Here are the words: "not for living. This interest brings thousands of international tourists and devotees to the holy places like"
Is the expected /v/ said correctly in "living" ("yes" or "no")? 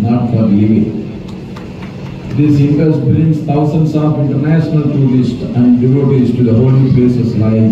no